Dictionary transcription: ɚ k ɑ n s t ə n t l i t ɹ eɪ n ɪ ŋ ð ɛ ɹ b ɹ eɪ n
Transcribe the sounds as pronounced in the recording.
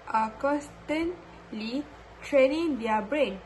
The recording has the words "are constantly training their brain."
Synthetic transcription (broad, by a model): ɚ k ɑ s t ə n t l i t ɹ eɪ n ɪ ŋ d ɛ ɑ b ɹ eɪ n